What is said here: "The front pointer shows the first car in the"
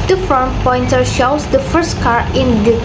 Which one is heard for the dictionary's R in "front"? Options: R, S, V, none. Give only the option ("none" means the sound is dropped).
none